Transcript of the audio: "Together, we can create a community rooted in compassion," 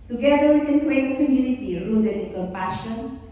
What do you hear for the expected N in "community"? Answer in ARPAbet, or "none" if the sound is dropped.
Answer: L